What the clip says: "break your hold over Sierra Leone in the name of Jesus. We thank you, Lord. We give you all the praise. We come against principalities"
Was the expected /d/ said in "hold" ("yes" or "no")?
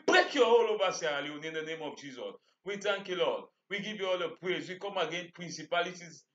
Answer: no